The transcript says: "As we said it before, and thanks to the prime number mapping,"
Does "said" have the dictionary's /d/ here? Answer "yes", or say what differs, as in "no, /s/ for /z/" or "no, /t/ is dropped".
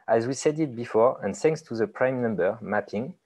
yes